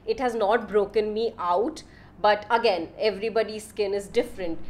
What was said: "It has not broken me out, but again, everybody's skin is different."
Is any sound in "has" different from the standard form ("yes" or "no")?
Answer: no